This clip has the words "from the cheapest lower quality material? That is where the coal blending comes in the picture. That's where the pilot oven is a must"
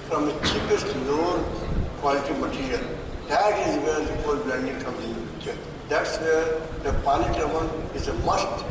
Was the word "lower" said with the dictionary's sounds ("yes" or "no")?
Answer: no